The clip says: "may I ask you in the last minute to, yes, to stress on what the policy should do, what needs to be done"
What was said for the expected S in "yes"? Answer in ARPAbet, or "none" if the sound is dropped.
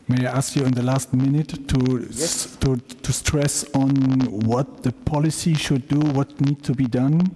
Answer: none